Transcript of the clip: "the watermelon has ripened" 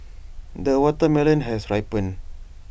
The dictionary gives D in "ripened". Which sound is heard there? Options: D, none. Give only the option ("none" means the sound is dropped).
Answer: none